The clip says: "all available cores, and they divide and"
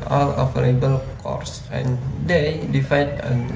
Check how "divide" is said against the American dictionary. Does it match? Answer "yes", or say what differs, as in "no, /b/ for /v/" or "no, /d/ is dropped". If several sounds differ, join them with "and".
no, /f/ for /v/